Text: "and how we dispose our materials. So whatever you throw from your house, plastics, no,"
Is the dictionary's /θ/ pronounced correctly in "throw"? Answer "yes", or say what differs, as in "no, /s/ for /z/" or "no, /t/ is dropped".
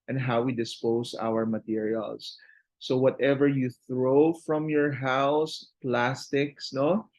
yes